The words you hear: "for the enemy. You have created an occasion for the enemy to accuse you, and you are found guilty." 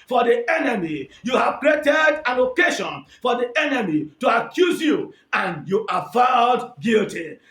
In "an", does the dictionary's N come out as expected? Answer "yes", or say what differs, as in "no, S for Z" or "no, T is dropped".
no, L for N